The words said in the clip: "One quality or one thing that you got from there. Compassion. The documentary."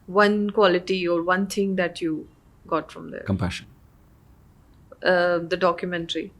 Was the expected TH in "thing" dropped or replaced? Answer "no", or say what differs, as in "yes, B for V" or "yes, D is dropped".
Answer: yes, T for TH